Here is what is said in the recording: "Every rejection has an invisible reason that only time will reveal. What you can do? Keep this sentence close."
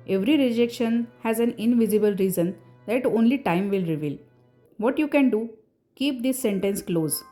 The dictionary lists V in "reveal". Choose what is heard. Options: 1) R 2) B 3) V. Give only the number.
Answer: 3